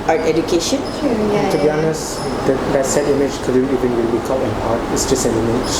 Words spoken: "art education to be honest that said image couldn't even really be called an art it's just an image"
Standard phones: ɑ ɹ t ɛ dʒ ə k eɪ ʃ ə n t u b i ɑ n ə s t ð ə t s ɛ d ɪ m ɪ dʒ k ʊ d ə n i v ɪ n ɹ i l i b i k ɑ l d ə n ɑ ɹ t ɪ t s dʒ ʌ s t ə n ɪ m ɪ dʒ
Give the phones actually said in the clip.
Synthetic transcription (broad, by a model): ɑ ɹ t ɛ dʒ ə k eɪ ʃ ə n t u b i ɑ n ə s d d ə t s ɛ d ɪ m ɪ dʒ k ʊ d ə i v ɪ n w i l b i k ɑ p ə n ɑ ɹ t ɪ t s dʒ ʌ s t ə n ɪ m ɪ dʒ